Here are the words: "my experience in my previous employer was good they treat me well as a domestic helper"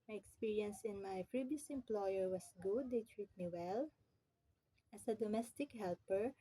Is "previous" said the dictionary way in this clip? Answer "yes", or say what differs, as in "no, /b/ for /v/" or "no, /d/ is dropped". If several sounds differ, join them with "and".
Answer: no, /f/ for /p/ and /b/ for /v/